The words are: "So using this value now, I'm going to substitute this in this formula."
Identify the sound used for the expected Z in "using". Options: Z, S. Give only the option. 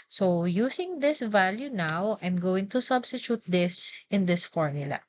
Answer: S